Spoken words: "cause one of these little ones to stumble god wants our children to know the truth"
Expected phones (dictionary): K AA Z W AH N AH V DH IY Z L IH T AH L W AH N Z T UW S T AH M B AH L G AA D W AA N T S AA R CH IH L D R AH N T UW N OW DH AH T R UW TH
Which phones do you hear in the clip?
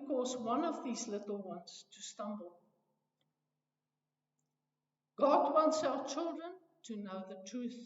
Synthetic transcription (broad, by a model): K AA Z W AH N AH V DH IY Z L IH T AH L W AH N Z T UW S T AH M B AH L G AA D W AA N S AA L CH IH L D R AH N T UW N OW DH AH T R UW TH